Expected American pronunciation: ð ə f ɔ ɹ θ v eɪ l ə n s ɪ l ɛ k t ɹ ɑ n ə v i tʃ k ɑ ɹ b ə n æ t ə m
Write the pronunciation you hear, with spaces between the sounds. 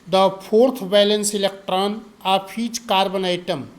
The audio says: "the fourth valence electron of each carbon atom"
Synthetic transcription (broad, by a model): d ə p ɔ ɹ t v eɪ l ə n s ɪ l ɛ k t ɹ ɑ n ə p i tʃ k ɑ ɹ b ə n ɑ t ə m